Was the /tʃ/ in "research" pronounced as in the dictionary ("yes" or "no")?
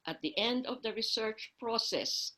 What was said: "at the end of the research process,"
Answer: yes